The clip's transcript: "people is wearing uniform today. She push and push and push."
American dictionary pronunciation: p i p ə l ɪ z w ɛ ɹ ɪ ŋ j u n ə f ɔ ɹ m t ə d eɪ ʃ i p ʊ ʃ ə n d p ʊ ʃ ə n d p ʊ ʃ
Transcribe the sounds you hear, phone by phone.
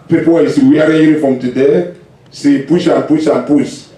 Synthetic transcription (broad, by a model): p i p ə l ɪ s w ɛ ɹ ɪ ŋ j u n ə f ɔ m t ə d eɪ s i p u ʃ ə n p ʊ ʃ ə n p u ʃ